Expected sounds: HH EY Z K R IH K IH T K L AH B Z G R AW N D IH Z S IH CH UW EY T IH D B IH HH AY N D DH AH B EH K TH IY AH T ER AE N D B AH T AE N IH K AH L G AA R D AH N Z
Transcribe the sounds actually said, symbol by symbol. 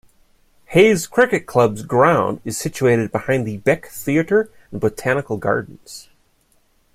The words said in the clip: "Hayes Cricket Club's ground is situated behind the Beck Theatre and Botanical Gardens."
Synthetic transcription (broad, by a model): HH EY Z K R IH K IH T K L AH B Z G R AW N D IH Z S IH CH UW EY T IH D B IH HH AY N DH AH B EH K TH IY AH T ER N B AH T AE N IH K L G AA R D N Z